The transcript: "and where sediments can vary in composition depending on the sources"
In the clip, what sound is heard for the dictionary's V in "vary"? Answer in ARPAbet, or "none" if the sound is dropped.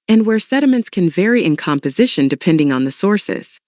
V